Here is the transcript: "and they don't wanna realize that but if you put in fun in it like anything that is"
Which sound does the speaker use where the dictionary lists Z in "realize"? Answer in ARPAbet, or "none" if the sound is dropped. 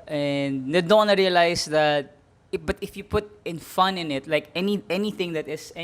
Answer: S